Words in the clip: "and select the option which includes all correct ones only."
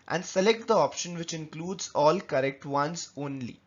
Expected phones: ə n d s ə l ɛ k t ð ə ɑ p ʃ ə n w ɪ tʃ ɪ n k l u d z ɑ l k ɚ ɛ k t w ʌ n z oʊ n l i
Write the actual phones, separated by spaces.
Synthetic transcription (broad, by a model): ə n d s ə l ɛ k t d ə ɑ p ʃ ə n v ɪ tʃ ɪ n k l u d z ɑ l k ɚ ɛ k t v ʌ n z oʊ n l i